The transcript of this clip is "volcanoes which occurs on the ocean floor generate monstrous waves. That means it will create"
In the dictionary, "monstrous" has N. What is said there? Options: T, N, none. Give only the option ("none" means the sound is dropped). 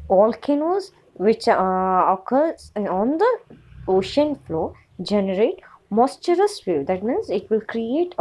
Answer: none